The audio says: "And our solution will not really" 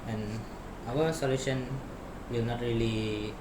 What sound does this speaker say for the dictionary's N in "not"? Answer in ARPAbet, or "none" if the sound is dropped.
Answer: N